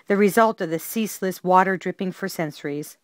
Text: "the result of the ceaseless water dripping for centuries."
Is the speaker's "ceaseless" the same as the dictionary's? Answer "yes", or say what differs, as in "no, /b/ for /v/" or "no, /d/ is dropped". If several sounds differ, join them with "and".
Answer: yes